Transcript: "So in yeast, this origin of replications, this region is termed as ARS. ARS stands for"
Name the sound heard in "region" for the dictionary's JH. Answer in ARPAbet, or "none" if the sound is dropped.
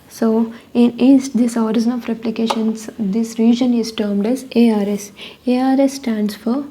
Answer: JH